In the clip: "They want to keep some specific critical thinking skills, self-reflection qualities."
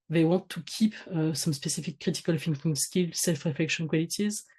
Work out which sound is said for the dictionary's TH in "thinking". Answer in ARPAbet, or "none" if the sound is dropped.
F